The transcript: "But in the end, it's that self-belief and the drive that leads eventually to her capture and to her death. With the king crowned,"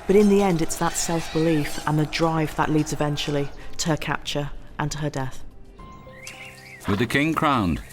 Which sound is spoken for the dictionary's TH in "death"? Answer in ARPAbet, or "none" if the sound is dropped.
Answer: TH